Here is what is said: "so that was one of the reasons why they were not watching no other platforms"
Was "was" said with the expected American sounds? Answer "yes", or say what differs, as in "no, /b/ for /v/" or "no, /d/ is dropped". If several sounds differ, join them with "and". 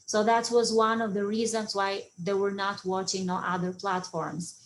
yes